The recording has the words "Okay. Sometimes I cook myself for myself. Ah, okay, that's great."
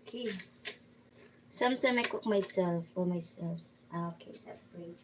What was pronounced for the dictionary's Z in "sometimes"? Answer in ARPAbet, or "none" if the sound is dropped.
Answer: none